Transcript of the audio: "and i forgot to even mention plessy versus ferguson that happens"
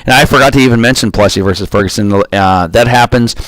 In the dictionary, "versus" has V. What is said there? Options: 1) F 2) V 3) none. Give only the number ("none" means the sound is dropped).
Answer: 2